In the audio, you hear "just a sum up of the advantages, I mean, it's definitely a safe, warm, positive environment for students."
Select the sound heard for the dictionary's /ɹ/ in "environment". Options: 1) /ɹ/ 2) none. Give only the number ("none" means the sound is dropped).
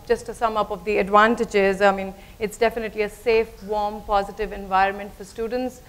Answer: 1